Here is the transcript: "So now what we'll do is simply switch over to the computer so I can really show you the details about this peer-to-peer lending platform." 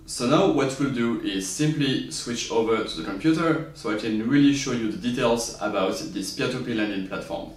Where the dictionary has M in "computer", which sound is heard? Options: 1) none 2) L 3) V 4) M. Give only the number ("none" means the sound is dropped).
4